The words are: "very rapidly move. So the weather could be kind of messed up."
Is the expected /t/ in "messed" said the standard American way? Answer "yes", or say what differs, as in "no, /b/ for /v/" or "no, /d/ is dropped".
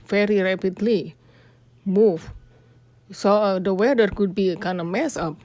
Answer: no, /t/ is dropped